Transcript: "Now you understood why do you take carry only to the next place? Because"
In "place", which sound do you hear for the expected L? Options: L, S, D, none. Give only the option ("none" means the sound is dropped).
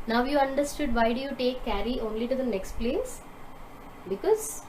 L